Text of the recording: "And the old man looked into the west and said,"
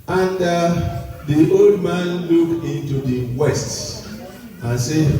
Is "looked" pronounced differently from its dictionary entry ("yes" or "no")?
yes